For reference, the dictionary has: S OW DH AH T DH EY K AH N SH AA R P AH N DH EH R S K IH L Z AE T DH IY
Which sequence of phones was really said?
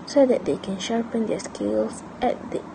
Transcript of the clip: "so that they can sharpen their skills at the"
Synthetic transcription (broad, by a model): S OW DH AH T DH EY K AH N SH AA R P AH N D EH S K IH L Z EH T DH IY